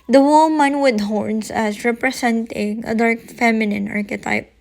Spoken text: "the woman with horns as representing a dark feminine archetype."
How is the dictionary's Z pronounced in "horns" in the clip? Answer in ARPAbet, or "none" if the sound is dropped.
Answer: S